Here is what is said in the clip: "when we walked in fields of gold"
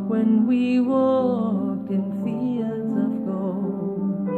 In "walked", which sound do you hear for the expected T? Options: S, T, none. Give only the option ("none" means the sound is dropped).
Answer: none